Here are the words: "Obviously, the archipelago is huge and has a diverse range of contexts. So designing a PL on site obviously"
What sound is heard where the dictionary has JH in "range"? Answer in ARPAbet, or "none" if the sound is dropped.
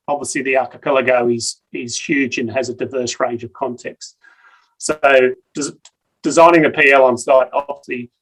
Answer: JH